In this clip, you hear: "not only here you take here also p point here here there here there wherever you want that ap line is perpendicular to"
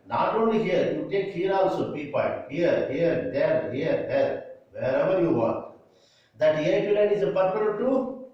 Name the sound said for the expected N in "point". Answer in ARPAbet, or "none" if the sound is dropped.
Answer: none